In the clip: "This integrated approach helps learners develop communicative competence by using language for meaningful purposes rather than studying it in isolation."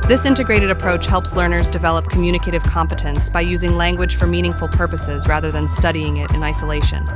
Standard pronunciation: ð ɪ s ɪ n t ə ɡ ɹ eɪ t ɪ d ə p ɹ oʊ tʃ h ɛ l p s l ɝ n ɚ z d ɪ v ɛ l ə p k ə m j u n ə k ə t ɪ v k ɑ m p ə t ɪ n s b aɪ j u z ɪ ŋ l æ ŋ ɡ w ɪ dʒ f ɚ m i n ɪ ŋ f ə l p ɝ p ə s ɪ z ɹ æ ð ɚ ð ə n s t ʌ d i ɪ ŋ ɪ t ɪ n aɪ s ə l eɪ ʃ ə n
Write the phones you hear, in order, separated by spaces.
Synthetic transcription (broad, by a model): ð ɪ s ɪ n t ə ɡ ɹ eɪ t ɪ d ə p ɹ oʊ tʃ h ɛ l p s l ɝ n ɚ z d ɪ v ɛ l ə p k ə m j u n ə k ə t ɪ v k ɑ m p ə t ɪ n s b aɪ j u z ɪ ŋ l æ ŋ ɡ w ɪ dʒ f ɚ m i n ɪ ŋ f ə l p ɝ p ə s ɪ z ɹ æ ð ɚ ð ə n s t ʌ d i ɪ ŋ ɪ t ɪ n aɪ s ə l eɪ ʃ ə n